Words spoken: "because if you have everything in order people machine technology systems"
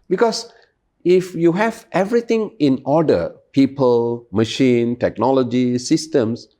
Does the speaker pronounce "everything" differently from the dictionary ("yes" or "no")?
yes